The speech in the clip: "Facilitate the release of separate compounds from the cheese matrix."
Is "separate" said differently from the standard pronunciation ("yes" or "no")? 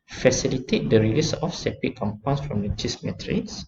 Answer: yes